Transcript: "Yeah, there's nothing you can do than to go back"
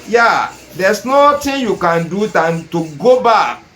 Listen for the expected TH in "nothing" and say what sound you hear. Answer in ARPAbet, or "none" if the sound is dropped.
T